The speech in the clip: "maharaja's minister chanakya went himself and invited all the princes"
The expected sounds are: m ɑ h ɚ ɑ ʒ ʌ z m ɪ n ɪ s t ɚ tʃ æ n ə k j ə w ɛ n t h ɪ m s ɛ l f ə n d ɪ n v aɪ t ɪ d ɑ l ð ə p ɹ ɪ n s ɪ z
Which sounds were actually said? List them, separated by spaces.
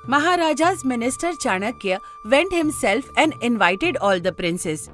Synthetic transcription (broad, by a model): m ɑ h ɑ ɑ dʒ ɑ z m ɪ n ɪ s t ɚ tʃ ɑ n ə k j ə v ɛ n t h ɪ m s ɛ l f ə n d ɪ n v aɪ t ɪ d ɑ l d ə p ɹ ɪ n s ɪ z